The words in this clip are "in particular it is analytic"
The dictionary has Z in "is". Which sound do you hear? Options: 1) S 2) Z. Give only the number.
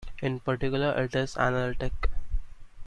1